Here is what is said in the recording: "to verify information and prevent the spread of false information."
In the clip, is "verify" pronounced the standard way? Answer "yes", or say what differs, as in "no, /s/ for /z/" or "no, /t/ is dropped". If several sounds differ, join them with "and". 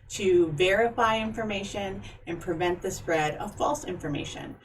yes